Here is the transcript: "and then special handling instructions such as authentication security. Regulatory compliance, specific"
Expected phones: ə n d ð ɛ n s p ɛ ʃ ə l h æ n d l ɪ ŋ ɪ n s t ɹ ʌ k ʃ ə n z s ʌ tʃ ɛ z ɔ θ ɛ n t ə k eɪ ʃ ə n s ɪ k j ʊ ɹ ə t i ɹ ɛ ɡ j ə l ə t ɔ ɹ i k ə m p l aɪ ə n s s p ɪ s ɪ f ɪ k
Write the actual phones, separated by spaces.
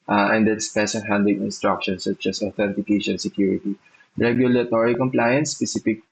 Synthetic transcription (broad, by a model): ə n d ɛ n s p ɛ s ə n h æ n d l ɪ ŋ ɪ n s t ɹ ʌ k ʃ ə n s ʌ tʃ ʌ s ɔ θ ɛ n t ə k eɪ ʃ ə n s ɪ k j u ɹ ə t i ɹ ɛ ɡ j ə l ə t ɔ ɹ i k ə m p l aɪ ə n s s p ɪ s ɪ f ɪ k